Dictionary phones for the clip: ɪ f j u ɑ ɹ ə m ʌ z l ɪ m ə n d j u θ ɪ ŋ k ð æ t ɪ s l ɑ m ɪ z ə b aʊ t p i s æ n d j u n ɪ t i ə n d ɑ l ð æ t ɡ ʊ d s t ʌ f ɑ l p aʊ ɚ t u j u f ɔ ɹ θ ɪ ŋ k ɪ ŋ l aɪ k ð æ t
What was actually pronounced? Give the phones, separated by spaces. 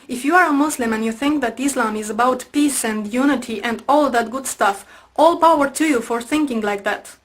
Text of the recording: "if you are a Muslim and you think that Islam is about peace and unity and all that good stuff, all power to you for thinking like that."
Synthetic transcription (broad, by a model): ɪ f j u ɑ ɹ ə m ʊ s l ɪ m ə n j u θ ɪ ŋ k ð æ t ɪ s l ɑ m ɪ z ə b aʊ t p i s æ n d j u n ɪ t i ə n d ɑ l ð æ t ɡ ʊ d s t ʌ f ɑ l p aʊ ɚ t u j u f ɔ ɹ θ ɪ ŋ k ɪ ŋ l aɪ k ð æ t